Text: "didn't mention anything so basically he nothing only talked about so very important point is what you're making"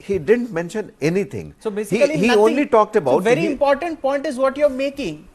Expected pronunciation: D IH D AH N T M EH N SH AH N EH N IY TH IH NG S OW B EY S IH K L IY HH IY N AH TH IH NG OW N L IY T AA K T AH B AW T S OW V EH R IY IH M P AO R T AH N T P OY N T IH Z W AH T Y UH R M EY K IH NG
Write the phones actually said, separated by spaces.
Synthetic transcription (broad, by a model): D IH D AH N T M EH N SH AH N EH N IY T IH NG S OW B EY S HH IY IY L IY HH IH OW N L IY T AA K T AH B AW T V EH R IY IH M P AO R T AH N T P OY N T IH Z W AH T Y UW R M EY K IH NG